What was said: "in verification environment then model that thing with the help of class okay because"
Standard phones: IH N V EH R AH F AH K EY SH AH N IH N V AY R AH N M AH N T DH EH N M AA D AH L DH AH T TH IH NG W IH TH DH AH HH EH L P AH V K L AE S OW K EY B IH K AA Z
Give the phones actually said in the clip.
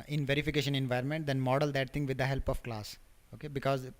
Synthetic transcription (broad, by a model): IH N V EH R AH F AH K EY SH AH N IH N V AY R AH N M AH N T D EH N M AA D AH L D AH T T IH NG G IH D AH HH EH L P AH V K L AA S OW K EY B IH K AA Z